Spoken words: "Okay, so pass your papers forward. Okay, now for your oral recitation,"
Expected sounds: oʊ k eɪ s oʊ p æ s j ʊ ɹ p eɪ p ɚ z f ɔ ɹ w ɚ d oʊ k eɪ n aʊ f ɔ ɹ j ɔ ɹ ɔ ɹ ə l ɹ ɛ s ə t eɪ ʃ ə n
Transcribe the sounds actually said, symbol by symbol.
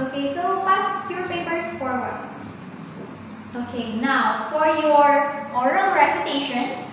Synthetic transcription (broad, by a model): oʊ k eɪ s oʊ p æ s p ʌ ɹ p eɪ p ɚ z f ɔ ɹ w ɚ oʊ k eɪ n aʊ f ɔ ɹ j ɔ ɹ ɔ ɹ ə l ɹ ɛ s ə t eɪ ʃ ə n